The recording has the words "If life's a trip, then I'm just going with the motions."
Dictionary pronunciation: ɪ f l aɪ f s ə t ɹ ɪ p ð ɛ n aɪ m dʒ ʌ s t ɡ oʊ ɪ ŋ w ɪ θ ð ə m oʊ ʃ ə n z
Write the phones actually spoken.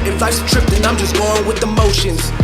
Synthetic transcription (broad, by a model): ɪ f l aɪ s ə t ɹ ɪ p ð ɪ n aɪ m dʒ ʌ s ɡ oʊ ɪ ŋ w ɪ ð ə m oʊ ʃ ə n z